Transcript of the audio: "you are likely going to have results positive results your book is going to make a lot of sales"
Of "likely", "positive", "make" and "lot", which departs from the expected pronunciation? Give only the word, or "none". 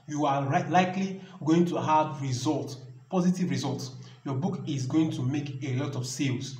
none